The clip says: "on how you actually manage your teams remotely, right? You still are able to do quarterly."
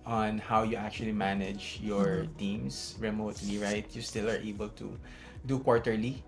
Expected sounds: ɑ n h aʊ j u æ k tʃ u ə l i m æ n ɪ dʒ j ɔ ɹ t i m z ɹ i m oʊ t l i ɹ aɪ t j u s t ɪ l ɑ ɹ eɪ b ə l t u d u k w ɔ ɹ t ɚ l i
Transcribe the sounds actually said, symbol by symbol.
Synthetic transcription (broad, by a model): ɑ n h aʊ j u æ k tʃ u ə l i m æ n ɪ dʒ j ɔ ɹ t i m s ɹ i m oʊ t l i ɹ aɪ t j u s t ɪ l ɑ ɹ eɪ b ə l t u d u k w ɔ ɹ t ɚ l i